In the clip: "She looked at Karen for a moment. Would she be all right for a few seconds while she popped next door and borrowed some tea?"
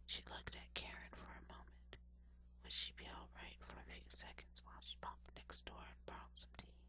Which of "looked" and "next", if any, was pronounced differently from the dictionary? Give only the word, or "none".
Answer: none